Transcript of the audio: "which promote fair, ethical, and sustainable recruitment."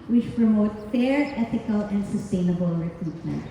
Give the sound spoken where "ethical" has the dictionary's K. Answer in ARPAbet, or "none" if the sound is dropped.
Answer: K